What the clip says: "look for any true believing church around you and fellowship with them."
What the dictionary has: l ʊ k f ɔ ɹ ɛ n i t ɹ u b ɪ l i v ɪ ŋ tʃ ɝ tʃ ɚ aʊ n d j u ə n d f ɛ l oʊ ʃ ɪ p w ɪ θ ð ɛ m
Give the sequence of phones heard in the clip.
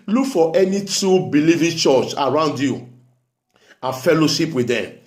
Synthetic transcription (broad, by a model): l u k f ɔ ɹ ɛ n i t u b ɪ l i v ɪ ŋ tʃ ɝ tʃ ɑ aʊ n d j u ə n f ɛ l oʊ ʃ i p w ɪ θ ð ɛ m